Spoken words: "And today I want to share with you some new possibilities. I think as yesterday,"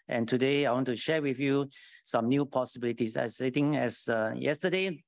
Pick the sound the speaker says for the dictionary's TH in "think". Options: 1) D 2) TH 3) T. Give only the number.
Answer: 3